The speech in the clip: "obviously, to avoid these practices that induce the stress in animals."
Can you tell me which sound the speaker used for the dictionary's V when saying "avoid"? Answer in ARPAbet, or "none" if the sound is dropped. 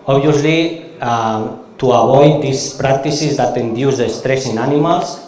B